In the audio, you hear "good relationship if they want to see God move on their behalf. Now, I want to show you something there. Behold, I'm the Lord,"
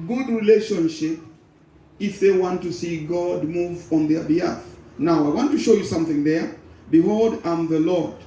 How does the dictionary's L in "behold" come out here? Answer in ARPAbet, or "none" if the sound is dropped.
L